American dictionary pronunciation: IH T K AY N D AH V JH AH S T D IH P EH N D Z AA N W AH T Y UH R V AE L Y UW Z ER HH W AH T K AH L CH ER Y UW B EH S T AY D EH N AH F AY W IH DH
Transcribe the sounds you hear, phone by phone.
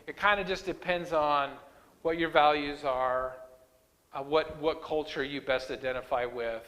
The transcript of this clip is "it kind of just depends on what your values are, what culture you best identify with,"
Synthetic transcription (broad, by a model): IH T K AY N D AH JH AH S D IH P EH N D Z N W AH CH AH R V AE L Y UW Z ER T W AH T K AH L CH ER Y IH B EH S T AY D EH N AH F AY W IH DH